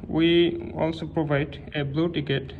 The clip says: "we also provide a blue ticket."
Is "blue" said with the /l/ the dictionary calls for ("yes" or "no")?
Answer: yes